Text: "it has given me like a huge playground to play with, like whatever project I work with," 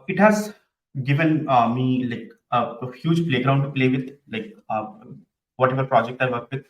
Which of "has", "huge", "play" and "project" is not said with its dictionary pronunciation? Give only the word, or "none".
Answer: none